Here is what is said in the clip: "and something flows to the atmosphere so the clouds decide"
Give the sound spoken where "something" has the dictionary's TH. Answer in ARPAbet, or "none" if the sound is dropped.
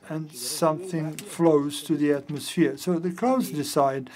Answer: TH